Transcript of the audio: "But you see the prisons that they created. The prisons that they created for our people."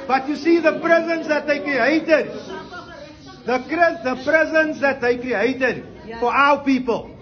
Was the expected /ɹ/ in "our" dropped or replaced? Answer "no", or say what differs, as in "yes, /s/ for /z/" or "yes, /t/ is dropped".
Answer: yes, /w/ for /ɹ/